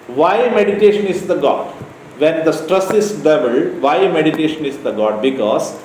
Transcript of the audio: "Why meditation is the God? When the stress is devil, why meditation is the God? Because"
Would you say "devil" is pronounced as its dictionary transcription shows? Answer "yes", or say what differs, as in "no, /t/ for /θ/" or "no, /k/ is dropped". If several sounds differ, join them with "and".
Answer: no, /b/ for /v/